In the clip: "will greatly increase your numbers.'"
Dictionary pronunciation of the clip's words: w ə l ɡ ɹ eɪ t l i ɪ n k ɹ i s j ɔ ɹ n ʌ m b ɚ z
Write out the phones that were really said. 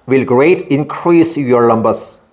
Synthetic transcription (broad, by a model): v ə l ɡ ɹ eɪ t i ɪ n k ɹ i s j ɔ ɹ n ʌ m b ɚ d